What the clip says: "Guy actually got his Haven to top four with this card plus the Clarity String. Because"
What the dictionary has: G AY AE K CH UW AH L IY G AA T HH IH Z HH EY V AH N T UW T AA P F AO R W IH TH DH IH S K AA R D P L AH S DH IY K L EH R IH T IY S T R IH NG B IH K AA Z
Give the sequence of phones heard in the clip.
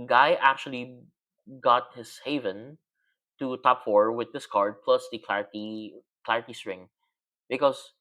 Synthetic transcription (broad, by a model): G AY AE K CH UW AH L IY G AA T HH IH S HH EY V AH N T UW T AA P F AO R W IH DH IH S K AA R D P L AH S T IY K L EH R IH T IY S T R IH NG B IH K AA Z